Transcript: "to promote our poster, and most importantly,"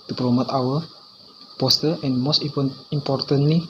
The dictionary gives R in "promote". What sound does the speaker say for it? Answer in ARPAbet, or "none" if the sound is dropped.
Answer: L